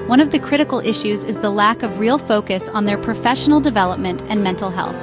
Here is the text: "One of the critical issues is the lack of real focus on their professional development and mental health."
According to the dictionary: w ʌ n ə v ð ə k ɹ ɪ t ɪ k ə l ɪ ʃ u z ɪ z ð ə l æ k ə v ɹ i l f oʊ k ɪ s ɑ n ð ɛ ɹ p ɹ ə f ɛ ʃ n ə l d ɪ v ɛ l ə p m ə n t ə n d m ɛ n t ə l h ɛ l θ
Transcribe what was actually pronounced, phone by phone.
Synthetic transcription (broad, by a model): w ʌ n ə v ð ə k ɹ ɪ t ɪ k l ɪ ʃ u z ɪ z ð ə l æ k ə v ɹ i l f oʊ k ɪ s n ð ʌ ɹ p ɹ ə f ɛ ʃ n l d ɪ v ɛ l ə p m ə n t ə n m ɛ n t l h ɛ l θ